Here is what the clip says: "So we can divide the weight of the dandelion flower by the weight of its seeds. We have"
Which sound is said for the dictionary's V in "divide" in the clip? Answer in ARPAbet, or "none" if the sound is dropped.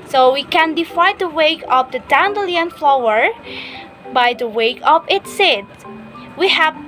F